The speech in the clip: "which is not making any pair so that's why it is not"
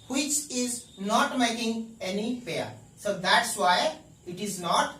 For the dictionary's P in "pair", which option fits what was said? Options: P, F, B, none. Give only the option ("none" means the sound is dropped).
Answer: F